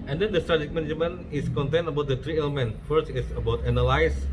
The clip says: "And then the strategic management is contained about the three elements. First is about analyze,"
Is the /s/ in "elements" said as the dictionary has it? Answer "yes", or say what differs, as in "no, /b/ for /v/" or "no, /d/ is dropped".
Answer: no, /s/ is dropped